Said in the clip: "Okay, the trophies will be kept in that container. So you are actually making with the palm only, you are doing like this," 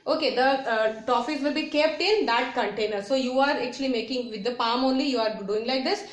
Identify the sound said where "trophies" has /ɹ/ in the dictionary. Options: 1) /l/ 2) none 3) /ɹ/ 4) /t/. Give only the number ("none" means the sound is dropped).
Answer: 2